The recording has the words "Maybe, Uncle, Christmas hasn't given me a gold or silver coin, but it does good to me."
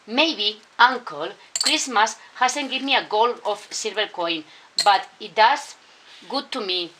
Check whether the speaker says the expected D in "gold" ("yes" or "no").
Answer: no